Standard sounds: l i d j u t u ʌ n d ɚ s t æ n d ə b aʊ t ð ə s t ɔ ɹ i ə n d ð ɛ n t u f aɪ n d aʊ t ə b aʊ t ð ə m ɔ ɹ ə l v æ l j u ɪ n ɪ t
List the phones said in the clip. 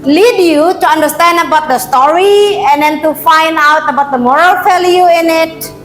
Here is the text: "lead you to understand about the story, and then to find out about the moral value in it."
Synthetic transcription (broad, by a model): l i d j u t u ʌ n d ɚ s t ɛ n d ə b aʊ t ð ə s t ɔ ɹ i ə n d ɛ n t u f aɪ n d aʊ t ə b aʊ t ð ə m ɔ ɹ ə l f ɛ l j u ɪ n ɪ t